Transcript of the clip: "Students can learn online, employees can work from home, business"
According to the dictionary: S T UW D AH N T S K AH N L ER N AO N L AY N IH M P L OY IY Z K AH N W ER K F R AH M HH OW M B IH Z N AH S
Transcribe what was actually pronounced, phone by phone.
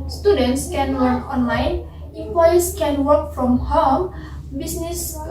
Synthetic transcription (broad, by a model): S T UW D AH N T S K AH N W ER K AO N L AY N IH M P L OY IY S K AH N W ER K F R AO M HH OW M B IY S N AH S